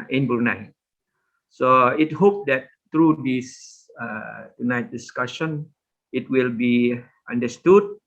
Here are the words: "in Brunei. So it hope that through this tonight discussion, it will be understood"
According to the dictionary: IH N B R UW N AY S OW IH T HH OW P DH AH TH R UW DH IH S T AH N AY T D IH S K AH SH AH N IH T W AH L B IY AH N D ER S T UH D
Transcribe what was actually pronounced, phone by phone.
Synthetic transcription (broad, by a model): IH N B UW N AY S OW IH T HH OW P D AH T R UW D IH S T AH N AY T D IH S K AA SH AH N IH T W AH L B IY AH N D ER S T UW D